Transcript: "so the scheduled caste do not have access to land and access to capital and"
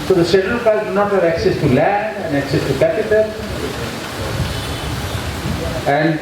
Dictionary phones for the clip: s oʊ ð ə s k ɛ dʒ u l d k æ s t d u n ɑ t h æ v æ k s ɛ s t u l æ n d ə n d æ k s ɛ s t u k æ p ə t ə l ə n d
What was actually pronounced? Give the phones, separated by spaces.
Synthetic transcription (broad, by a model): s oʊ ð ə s ɛ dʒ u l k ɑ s d u n ɑ t h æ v æ k s ɛ s t u l æ n d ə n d æ k s ɛ s t u k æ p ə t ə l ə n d